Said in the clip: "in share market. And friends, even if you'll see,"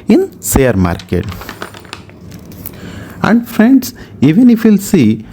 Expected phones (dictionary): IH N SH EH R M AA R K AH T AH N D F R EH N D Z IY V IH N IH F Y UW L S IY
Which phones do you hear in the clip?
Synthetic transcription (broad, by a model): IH N S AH R M AA R K AH T AH N D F R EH N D S IY V IH N IH F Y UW L S IY